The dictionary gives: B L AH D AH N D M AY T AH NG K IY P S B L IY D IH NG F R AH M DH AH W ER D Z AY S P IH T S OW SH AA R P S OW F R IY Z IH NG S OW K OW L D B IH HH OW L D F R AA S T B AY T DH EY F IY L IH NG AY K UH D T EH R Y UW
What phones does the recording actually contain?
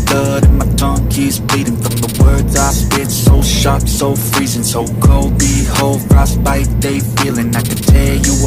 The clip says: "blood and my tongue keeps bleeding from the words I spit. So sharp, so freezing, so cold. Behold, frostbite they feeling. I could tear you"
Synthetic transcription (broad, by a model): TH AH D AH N M AY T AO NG K IY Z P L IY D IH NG F R AH M DH AH W ER D Z AY S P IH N S OW SH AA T S OW F R IY Z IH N S OW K OW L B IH HH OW L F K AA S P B AY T DH EY F IY L IH NG AY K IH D T EH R Y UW